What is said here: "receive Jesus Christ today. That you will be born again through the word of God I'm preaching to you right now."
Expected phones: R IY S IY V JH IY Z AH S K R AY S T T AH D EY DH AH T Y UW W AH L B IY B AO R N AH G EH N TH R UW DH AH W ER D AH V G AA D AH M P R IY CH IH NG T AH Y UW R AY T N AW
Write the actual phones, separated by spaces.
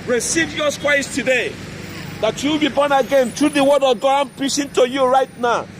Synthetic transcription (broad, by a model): R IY S IY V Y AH S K W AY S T T AH D EY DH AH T Y UW W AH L B IY B AO N AH G EH N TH R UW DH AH W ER D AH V G AA D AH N P R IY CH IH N T AH Y UW R AY T N AW